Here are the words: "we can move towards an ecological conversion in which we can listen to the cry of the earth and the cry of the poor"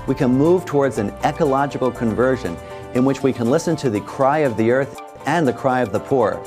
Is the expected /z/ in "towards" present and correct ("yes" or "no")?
yes